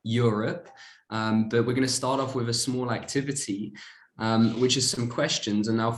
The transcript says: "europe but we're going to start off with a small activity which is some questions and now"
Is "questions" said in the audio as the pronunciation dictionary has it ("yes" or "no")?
yes